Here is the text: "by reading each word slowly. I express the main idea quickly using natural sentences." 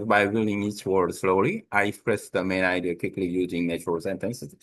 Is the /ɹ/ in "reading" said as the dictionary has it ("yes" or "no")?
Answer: no